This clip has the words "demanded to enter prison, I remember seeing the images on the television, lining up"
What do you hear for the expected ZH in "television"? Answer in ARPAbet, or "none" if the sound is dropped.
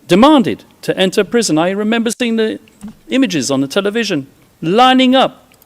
ZH